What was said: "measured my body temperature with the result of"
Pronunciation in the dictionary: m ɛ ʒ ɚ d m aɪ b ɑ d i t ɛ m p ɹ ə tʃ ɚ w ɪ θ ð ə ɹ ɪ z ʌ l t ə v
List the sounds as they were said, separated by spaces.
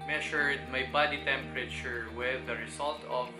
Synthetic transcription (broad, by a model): m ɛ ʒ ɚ d m aɪ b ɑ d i t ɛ m p ɹ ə tʃ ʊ w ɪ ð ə ɹ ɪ s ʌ l t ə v